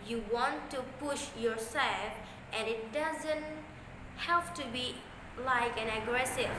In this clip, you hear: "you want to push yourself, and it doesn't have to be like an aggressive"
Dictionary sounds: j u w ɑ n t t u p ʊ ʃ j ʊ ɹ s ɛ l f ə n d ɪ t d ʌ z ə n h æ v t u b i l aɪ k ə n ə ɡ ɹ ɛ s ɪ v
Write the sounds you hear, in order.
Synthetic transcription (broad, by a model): j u w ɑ n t t u p ʊ ʃ j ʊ ɹ s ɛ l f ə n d ɪ t d ʌ z ə n h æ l t u b i l aɪ k ə n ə ɡ ɹ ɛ s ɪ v